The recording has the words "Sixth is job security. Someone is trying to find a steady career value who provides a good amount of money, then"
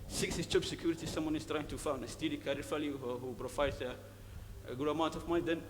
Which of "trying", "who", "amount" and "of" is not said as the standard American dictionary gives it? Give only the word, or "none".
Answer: of